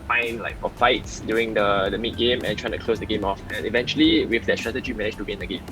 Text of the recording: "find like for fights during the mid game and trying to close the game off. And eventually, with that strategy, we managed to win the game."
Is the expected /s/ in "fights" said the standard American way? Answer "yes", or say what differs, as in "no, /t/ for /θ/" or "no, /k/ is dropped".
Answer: yes